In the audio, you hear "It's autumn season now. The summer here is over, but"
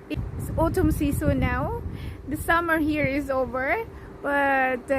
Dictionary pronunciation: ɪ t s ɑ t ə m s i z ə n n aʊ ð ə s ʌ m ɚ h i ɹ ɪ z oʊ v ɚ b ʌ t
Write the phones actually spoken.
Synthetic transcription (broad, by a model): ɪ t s ɑ t ə m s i s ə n n aʊ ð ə s ʌ m ɚ h i ɹ ɪ z oʊ v ɚ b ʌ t